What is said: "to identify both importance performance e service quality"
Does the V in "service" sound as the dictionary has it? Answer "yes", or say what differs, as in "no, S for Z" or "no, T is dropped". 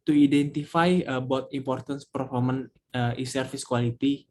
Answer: no, F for V